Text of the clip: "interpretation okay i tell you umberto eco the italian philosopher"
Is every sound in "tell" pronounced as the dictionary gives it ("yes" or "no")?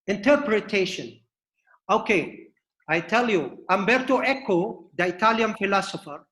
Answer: yes